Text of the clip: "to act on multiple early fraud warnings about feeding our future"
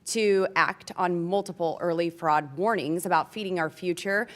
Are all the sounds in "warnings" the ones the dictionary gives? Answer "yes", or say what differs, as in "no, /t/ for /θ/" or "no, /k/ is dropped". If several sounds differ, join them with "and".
yes